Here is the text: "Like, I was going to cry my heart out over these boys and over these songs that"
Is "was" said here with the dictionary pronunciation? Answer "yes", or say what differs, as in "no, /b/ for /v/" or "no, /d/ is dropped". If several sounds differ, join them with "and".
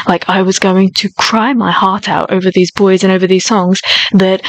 yes